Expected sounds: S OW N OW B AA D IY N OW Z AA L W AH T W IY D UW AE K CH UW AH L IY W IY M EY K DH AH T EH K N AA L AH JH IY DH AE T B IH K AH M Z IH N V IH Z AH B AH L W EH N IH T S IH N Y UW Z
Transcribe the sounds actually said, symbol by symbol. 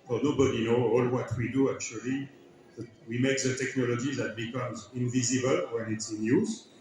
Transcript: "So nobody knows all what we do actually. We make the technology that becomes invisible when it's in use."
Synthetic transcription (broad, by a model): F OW N OW B AA D IY N OW AA L W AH T W IY D UW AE K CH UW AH L IY W IY M EY K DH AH T EH K N AA L AH JH IY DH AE T B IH K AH M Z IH N V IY Z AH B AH L W EH N IH T S IH N Y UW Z